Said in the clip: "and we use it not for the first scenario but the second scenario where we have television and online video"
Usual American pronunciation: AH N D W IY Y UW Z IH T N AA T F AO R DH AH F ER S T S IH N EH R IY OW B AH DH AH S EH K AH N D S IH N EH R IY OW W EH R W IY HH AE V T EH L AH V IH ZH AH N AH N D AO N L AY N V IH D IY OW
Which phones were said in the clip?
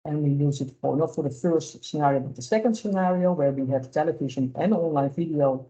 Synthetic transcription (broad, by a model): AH N W IY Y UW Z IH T N AA T F AO R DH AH F ER S T S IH N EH R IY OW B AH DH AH S EH K AH N D S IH N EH R IY OW W EH R W IY HH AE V T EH L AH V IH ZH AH N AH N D AO N L AY N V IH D IY OW